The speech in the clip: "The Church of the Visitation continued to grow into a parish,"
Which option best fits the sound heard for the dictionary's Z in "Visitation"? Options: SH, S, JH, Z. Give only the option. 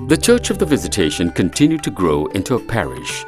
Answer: Z